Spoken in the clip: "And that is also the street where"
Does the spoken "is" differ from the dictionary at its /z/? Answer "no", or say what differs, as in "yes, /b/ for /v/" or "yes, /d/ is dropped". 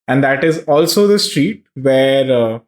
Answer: no